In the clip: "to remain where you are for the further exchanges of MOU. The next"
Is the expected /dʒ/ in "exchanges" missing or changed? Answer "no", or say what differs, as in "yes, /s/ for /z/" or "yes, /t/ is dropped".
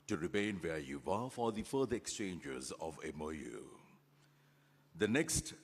no